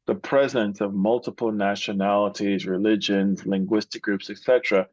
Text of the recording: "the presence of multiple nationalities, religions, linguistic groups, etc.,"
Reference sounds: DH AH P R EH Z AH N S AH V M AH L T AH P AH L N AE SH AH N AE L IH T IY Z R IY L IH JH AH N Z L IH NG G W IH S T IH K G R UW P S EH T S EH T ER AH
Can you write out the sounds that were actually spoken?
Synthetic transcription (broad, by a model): DH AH P R EH Z AH N S AH V M AH L T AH P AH L N AE SH AH N AE L IH T IY Z R IY L IH JH AH N Z L IH NG G W IH S T IH K G R UW P S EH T S EH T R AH